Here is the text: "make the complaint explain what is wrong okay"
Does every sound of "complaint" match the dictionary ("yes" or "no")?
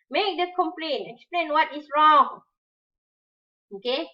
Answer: no